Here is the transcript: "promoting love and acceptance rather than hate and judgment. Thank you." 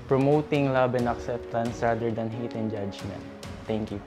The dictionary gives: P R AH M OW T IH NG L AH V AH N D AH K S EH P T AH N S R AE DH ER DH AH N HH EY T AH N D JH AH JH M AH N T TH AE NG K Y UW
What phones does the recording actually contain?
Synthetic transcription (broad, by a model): P R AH M OW T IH NG L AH B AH N AH K S EH P T AH N S R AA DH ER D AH N HH EY T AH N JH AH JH M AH N T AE NG K Y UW